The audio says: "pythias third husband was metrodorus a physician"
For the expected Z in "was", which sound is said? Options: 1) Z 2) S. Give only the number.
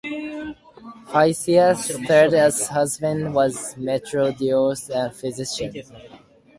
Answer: 1